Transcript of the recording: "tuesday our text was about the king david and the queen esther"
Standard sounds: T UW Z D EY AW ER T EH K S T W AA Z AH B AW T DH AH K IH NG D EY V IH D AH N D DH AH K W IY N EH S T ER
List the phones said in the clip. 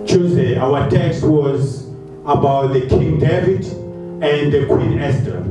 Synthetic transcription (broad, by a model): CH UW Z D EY AW ER T EH K S T W AA Z AH B AW T DH AH K IH NG D EY V IH D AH N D DH AH K W IY N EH S T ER